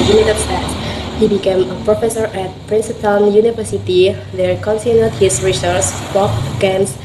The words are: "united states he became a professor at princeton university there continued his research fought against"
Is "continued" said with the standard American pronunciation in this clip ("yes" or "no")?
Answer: no